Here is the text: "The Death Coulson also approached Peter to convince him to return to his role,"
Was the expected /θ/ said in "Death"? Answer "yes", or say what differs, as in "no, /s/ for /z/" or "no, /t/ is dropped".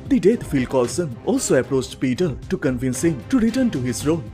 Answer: no, /f/ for /θ/